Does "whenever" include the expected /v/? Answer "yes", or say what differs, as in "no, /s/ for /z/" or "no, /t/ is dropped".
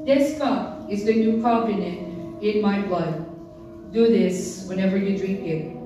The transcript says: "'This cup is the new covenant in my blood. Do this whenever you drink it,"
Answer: yes